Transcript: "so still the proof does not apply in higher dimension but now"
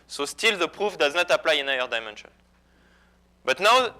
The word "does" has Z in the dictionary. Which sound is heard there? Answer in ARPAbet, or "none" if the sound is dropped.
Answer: Z